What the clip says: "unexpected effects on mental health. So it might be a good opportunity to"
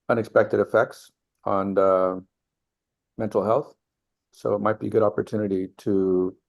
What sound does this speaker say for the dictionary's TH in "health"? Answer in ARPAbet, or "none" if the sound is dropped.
TH